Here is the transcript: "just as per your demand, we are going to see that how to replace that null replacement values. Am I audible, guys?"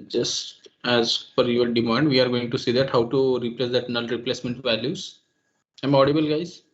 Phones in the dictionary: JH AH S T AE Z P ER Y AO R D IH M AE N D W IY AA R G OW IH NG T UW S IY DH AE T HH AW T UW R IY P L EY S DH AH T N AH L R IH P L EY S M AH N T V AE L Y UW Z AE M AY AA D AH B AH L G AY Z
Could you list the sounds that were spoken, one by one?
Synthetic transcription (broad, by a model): JH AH S T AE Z F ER Y AO R D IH M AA N D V IY AA R G OW IH NG T UW S IY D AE T HH AW T UW R IY P L EY S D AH T N AH L R IH P L EY S M AH N T V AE L Y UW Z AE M AA D AH B AH L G AY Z